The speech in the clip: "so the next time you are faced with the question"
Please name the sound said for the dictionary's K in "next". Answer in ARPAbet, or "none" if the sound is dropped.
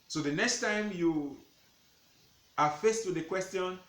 K